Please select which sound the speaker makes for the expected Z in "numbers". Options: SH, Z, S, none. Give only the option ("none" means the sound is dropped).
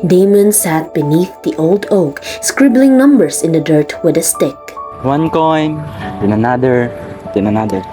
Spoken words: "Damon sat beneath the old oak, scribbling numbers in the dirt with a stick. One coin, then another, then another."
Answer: S